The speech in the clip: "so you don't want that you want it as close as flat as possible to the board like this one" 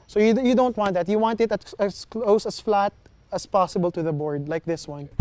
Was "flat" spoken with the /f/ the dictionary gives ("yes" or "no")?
yes